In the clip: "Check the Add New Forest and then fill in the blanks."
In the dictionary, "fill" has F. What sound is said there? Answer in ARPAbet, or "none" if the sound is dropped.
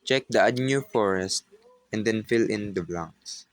F